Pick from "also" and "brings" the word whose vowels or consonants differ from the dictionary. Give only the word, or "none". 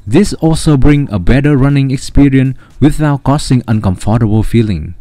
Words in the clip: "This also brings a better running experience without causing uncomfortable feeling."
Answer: brings